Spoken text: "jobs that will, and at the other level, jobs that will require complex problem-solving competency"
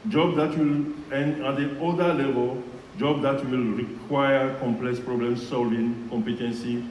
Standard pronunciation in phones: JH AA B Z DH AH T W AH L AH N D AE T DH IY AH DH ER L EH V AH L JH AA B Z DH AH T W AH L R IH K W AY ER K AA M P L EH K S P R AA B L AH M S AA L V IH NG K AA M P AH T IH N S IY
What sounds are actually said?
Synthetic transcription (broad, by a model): JH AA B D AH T W AH L AH N D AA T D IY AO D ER L EH V AH L JH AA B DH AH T W AH L R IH K W AY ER K AA M P L EH K S P R AA B L AH M S AA L V IH NG K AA M P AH T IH N S IY